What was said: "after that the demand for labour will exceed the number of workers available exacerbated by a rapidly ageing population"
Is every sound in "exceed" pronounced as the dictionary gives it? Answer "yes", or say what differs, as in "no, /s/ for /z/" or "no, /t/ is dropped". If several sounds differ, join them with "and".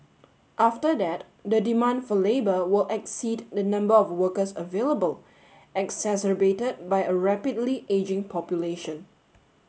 yes